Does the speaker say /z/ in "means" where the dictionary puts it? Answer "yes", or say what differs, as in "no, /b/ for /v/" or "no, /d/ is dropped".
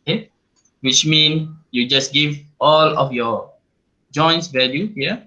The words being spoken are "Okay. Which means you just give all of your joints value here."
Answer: no, /z/ is dropped